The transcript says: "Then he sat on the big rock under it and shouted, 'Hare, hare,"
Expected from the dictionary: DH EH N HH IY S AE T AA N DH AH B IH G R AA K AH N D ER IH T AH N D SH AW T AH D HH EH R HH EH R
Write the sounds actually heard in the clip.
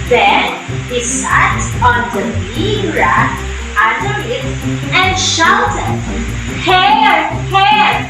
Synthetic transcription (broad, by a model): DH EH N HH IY S AE T AA N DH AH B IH R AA AH D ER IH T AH N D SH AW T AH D HH EH R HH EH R